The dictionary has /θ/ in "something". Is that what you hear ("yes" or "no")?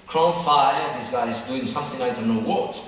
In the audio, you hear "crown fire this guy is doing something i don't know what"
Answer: yes